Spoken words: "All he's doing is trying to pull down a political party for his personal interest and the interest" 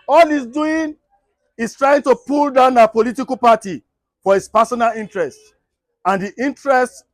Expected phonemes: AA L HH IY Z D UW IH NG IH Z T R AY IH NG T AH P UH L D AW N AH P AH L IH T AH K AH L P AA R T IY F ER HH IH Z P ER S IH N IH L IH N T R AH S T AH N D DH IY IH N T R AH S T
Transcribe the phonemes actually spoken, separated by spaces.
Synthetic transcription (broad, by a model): AA L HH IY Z D UW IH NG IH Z T R AY IH NG T AH P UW L D AW N AH P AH L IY T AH K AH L P AA T IY F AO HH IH S P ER S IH N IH L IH N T R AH S T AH N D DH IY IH N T R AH S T